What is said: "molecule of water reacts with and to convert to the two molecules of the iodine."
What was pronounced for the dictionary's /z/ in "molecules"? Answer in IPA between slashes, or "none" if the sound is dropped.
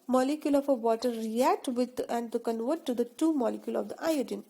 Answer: none